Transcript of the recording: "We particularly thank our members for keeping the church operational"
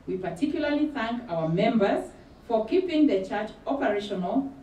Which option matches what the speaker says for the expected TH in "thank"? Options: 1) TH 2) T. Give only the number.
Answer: 1